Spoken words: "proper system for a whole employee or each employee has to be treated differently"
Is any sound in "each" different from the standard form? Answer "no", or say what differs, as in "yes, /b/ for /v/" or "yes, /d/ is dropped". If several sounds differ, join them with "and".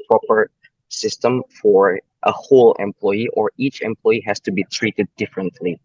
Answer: no